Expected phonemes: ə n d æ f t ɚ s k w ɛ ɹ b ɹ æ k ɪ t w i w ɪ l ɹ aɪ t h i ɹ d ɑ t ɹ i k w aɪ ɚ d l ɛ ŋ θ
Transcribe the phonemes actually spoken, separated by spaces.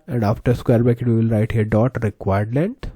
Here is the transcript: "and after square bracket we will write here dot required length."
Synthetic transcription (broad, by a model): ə n d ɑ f t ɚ s k w ɛ ɹ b æ k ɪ t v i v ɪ l ɹ aɪ t h i ɹ d ɑ t ɹ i k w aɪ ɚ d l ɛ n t